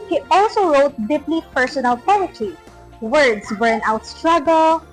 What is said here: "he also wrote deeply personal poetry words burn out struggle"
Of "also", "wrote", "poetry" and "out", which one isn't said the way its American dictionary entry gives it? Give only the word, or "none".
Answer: poetry